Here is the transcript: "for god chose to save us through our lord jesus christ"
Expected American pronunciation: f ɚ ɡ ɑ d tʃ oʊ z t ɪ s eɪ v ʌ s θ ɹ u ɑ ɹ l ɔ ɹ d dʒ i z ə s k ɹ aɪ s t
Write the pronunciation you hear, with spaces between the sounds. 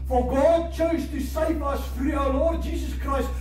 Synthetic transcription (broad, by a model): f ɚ ɡ ɑ d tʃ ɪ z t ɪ s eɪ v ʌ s f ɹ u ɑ l ɔ ɹ d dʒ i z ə s k ɹ aɪ s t